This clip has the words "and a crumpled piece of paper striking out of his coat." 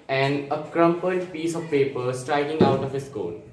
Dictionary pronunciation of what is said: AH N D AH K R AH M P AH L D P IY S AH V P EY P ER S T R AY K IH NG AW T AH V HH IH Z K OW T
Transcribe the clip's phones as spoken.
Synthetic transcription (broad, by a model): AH N D AH K R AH M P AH D P IY S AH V P EY P ER S T R AY K IH NG AW T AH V HH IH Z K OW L